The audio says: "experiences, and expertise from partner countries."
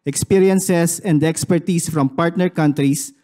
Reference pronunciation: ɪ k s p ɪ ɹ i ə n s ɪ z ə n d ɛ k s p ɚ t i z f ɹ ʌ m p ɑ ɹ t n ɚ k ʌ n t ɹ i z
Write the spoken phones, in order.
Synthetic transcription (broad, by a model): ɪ k s p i ɹ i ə n s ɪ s ə n d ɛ k s p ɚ t i s f ɹ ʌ m p ɑ ɹ t n ɚ k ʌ n t ɹ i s